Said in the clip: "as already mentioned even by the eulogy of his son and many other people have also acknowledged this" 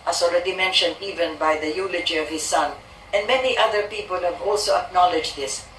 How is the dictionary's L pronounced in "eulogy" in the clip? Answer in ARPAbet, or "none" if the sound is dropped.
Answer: L